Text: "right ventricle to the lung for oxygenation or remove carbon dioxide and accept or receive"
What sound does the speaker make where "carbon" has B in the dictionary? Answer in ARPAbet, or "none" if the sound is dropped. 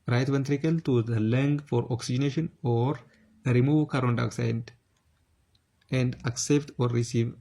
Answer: none